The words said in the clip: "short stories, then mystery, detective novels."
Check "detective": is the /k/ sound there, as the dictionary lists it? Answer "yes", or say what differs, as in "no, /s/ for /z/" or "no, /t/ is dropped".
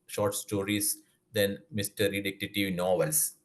no, /k/ is dropped